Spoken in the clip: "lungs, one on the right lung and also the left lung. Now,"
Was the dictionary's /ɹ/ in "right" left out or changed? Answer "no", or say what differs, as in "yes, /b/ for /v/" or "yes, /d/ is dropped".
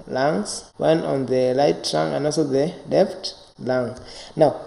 yes, /l/ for /ɹ/